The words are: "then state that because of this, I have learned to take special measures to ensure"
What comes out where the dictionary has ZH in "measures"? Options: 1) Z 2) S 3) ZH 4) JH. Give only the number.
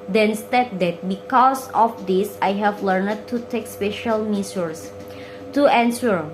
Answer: 2